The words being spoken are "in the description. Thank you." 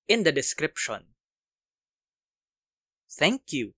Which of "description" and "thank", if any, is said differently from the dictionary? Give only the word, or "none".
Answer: thank